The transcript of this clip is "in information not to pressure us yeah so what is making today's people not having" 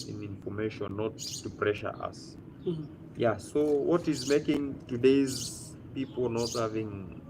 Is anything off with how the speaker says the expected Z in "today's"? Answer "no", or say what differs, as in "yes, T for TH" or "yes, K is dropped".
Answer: no